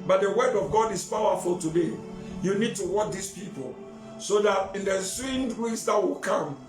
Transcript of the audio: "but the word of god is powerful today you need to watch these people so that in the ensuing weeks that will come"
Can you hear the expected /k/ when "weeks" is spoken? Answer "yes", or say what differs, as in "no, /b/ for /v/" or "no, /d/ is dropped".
no, /k/ is dropped